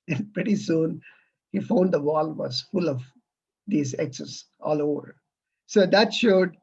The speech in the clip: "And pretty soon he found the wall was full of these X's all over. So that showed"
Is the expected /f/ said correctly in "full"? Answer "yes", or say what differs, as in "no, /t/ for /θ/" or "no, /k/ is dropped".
yes